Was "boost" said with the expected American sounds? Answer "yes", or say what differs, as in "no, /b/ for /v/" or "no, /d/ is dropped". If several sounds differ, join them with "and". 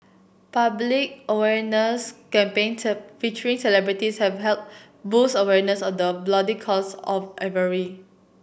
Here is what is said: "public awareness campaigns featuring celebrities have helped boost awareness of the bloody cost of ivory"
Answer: no, /t/ is dropped